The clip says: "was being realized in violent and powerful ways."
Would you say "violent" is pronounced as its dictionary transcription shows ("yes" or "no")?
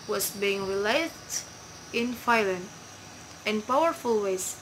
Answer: no